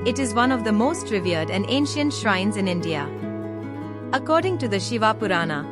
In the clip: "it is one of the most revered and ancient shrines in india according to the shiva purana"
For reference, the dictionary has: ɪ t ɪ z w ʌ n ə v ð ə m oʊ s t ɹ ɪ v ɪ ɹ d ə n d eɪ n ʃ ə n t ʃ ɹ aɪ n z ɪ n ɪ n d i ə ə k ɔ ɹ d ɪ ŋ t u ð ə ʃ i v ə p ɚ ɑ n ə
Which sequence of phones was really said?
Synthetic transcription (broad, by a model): ɪ t ɪ z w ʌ n ə v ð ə m oʊ s t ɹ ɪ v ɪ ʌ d ə n d eɪ n ʃ ə n t ʃ ɹ aɪ n z ɪ n ɪ n d i ə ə k ɔ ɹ d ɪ ŋ t u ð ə ʃ i v ə p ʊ ɑ n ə